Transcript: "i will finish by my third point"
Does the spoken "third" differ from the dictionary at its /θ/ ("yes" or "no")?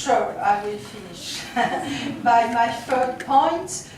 yes